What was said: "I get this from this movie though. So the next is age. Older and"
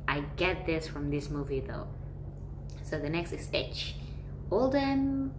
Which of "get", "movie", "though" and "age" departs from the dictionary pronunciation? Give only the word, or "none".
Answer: age